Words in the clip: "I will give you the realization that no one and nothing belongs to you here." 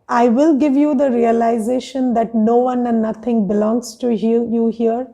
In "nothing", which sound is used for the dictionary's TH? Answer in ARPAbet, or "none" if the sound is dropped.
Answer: T